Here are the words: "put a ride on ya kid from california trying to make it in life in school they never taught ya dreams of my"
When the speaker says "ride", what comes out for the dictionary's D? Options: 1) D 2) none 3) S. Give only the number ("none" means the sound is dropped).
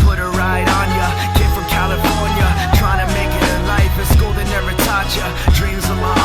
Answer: 1